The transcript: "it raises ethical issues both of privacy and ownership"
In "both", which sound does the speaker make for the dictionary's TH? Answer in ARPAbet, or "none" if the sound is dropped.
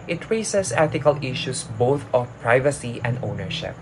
T